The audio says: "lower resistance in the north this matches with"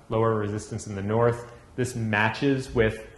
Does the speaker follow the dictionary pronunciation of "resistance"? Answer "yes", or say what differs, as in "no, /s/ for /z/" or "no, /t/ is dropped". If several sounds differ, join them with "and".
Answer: yes